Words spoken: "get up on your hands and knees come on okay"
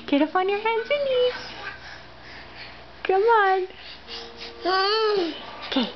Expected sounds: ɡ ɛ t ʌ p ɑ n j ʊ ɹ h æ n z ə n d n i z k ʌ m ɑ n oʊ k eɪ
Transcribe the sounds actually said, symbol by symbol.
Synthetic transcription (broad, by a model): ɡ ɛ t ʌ f ɑ n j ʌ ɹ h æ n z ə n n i k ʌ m ɑ n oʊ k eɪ